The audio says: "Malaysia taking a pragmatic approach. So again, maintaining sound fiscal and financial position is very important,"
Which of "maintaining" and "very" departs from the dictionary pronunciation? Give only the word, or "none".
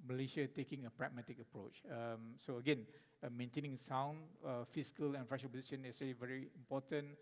none